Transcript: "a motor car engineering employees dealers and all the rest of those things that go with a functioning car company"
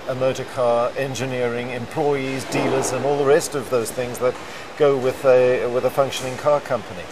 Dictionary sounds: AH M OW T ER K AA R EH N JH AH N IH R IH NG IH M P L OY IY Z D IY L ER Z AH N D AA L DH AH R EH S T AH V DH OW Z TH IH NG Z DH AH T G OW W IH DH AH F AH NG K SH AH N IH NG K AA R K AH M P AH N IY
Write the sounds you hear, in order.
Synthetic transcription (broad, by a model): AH M OW T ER K AA R EH N JH AH N IH R IH NG IH M P L OY IY Z D IY L ER Z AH N AA L DH AH R EH S T AH V DH OW Z TH IH NG Z DH AH T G OW W IH DH AH F AH NG K SH AH N IH NG K AA R K AH M P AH N IY